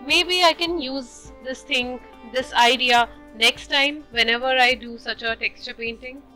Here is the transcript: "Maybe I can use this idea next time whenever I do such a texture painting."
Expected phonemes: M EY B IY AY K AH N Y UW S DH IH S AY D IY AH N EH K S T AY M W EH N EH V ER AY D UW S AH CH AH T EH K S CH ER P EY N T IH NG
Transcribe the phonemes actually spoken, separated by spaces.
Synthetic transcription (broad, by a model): M EY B IY AY K AH N Y UW S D IH S AY D IY AH N EH K S T AY M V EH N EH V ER AY D UW S AH CH AH T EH K S CH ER P EY N T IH NG